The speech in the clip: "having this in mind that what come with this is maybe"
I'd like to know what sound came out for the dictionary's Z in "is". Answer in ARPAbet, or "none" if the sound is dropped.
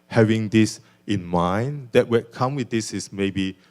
S